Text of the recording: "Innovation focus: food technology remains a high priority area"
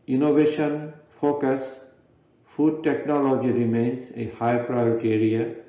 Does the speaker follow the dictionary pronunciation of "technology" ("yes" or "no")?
yes